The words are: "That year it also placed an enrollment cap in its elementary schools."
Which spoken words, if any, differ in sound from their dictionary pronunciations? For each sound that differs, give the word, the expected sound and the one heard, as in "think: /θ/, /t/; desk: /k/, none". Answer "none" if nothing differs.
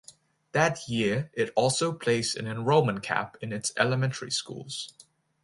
placed: /t/, none